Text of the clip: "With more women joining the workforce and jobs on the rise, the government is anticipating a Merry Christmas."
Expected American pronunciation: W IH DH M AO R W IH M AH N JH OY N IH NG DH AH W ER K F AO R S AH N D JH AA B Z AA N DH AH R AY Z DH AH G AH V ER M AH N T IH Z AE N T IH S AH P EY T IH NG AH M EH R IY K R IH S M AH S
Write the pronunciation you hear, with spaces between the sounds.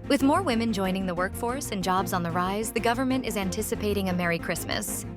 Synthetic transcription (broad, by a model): W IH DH M AO R W IH M AH N JH OY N IH NG DH AH W ER K F AO R S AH N JH AA B Z N DH AH R AY Z DH AH G AH V ER M AH N T IH Z AE N T IH S AH P EY T IH NG AH M EH R IY K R IH S M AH S